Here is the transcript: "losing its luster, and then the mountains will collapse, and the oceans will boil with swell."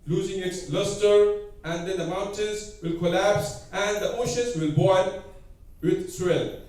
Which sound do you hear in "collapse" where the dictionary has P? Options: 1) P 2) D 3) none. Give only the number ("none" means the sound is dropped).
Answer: 1